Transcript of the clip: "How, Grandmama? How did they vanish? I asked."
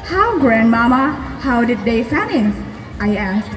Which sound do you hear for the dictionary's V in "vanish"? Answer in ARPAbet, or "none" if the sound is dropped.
F